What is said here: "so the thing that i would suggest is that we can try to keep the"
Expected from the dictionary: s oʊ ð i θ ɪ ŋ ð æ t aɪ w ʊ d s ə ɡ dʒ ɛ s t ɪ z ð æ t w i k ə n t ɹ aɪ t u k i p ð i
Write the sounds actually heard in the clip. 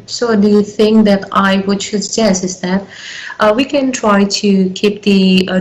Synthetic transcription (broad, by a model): s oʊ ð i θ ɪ ŋ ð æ t aɪ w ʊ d ʃ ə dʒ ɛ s ɪ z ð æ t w i k ə n t ɹ aɪ t u k i p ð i